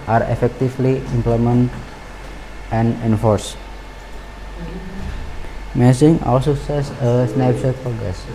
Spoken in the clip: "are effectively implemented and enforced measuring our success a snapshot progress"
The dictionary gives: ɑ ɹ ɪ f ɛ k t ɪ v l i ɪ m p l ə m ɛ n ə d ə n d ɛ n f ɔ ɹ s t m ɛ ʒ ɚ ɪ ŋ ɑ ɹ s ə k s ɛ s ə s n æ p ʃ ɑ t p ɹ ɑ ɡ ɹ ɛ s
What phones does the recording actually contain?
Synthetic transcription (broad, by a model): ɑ ɹ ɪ f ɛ k t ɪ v l i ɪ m p l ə m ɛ n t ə n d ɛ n f ɔ ɹ s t m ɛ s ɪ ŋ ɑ l s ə s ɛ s ə s n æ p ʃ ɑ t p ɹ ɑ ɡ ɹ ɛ s